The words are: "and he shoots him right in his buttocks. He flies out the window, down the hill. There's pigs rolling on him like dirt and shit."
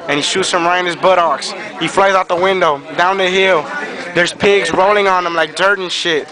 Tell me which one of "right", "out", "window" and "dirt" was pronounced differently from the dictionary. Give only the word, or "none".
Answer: right